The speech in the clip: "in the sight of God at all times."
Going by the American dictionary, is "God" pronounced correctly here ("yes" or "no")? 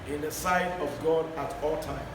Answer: yes